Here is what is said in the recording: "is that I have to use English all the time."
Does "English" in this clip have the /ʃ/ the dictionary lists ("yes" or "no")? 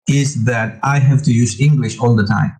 yes